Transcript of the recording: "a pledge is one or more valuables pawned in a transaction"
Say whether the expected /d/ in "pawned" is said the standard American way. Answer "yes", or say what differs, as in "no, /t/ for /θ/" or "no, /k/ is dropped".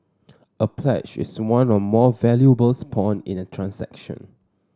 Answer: no, /d/ is dropped